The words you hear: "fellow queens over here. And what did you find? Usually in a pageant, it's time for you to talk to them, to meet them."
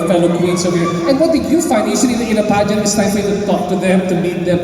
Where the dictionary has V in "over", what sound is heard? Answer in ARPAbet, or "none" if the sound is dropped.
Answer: W